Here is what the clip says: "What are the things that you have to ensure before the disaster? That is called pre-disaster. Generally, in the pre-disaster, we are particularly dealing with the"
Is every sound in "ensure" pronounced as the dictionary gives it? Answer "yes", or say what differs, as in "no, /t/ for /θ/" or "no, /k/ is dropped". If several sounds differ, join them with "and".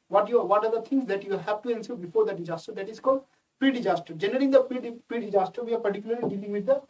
no, /s/ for /ʃ/